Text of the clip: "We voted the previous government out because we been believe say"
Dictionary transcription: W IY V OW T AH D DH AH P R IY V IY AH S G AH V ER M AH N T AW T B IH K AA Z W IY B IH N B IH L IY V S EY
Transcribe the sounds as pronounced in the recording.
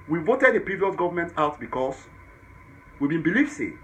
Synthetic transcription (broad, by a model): W IY V OW T AH D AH P R IY V IY AH S G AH V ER M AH N T AW T B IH K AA S W IY B IH N B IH L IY F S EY